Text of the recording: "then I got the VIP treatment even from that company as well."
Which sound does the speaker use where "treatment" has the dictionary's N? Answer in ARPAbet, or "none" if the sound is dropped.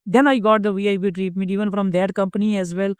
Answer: none